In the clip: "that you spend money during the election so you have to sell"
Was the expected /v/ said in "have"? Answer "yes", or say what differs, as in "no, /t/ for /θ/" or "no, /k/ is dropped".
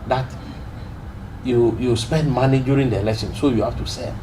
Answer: no, /f/ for /v/